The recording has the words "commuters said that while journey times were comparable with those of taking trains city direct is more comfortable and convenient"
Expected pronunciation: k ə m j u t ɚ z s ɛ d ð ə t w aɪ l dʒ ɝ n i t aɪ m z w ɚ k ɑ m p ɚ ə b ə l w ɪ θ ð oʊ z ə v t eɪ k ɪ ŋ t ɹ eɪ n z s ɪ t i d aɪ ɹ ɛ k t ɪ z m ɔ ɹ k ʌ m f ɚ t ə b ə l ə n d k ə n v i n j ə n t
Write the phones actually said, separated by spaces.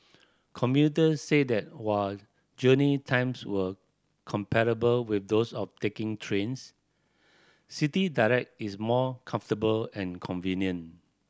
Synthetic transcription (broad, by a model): k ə m j u t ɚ s ɛ d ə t w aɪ l dʒ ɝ n i t aɪ m s w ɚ k ɑ m p ɚ ə b ə l w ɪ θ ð oʊ s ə f t eɪ k ɪ ŋ t ɹ eɪ n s s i t i d aɪ ɹ ɛ k t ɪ s m ɔ k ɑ m f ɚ t ə b ə l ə n k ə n v i n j ə n